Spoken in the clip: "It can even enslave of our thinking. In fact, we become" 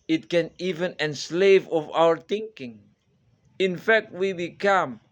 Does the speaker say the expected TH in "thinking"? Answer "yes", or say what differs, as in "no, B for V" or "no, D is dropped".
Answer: no, T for TH